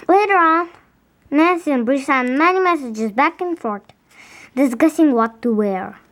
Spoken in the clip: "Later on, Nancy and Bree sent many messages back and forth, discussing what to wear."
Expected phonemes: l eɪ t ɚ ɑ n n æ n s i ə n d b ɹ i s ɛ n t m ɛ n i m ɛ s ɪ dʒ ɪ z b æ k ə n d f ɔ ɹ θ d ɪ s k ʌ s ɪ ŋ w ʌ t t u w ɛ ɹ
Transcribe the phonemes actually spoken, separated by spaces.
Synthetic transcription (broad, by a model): l eɪ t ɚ ɑ n n æ n s i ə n b ɹ i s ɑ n m ɛ n i m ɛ s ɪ dʒ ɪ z b æ k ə n f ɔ ɹ t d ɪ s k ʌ s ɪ ŋ w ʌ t t u w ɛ ɹ